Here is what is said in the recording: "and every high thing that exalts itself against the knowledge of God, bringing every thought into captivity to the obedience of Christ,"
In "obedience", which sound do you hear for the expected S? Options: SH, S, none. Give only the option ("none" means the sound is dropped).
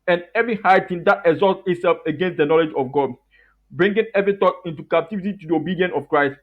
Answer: none